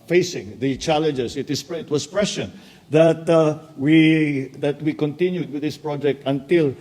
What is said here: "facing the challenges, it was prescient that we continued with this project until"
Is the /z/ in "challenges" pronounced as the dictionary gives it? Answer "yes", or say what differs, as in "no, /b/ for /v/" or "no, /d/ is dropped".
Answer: no, /s/ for /z/